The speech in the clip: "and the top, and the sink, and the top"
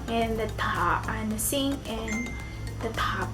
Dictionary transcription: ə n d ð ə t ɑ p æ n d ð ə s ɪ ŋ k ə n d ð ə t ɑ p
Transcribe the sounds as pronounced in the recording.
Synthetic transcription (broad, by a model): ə n ð ə t ɑ p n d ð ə s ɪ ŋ ə n ð ə t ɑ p